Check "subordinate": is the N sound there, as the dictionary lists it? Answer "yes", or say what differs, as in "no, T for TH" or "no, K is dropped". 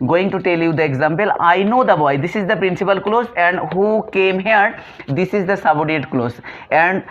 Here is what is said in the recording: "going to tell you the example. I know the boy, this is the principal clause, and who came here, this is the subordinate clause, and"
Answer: no, N is dropped